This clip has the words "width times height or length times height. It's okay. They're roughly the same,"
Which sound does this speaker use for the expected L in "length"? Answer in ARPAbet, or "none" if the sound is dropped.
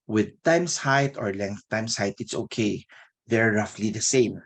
L